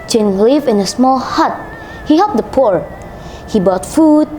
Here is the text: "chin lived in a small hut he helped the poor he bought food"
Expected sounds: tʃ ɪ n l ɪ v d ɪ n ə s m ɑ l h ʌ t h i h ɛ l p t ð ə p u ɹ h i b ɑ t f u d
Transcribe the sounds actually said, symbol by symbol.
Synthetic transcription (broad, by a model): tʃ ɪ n l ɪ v ɪ n ə s m ɑ l h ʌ t h i h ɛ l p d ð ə p u ɹ h i b ɑ t f u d